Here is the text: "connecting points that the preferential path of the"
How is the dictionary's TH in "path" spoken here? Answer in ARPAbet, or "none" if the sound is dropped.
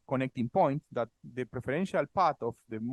T